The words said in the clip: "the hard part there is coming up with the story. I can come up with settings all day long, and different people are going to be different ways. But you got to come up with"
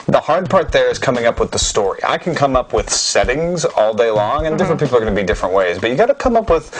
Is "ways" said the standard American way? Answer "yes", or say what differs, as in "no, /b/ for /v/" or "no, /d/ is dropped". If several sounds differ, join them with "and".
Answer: yes